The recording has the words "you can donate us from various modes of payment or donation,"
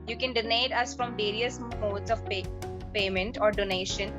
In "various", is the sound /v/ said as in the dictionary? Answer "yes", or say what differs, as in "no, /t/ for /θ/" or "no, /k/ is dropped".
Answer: yes